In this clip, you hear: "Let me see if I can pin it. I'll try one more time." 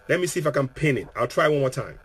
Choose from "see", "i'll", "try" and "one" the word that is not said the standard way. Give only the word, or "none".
none